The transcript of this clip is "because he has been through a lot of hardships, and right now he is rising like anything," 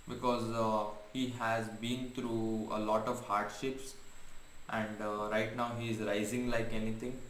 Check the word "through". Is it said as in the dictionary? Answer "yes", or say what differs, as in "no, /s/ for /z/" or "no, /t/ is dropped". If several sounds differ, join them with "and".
no, /t/ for /θ/